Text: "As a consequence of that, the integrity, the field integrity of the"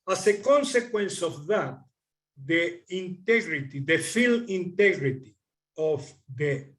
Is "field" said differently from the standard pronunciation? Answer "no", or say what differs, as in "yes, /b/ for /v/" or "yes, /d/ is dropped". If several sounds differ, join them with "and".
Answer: yes, /d/ is dropped